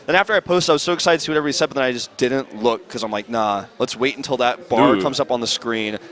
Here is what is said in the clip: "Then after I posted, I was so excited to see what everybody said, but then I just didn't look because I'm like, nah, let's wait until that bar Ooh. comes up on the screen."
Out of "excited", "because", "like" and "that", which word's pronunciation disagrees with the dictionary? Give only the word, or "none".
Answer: because